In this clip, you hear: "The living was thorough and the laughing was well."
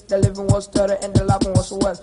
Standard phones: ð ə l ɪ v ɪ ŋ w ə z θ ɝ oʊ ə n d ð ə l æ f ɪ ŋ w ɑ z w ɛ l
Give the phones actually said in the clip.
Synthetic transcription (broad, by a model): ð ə l ɪ v ɪ ŋ w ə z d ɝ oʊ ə n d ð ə l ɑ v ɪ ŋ w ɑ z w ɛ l